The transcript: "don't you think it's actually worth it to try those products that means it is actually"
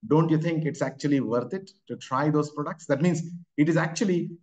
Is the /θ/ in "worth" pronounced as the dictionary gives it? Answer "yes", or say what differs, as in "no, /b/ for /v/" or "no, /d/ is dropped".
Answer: no, /t/ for /θ/